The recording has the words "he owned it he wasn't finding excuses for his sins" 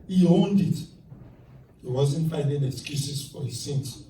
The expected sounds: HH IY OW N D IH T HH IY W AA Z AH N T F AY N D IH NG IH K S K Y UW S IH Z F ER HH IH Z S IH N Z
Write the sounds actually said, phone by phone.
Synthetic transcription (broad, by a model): HH IY OW N D IH T HH IY W AA Z AH N T F AY N D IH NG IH K S K Y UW S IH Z F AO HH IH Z S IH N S